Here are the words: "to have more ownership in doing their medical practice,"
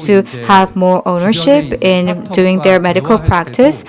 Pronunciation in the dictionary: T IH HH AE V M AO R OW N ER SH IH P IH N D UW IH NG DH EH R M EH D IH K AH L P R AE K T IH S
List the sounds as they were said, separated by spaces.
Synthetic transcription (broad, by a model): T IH HH AE V M AO R OW N ER SH IH P IH N D UW IH NG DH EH R M EH D IH K AH L P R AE K T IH S